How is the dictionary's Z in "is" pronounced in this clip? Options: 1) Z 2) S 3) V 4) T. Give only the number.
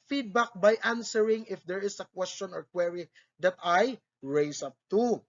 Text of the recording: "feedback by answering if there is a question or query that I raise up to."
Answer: 2